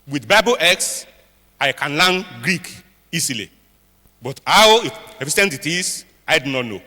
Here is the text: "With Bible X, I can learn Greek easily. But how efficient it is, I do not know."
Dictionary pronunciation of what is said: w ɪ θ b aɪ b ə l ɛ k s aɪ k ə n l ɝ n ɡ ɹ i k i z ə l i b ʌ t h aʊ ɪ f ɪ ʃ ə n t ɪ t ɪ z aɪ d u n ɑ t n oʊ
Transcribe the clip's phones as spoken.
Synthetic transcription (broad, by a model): w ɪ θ b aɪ b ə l ɛ k s aɪ k ə n l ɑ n ɡ ɹ i k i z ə l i b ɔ t h aʊ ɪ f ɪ s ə n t ɪ t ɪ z aɪ d u n ɑ t n oʊ